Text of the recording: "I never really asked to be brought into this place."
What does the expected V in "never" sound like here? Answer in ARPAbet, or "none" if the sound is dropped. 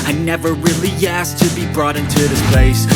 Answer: V